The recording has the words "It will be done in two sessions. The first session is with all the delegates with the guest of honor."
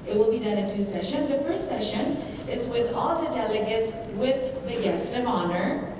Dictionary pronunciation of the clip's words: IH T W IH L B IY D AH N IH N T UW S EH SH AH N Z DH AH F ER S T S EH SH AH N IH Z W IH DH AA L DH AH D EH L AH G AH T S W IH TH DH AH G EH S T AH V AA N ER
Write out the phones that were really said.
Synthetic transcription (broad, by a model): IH T W IH L B IY D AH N IH N T UW S EH SH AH N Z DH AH F ER S T S EH SH AH N IH Z W IH DH AA L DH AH D EH L AH G AH T S W IH DH AH G EH S T AH V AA N ER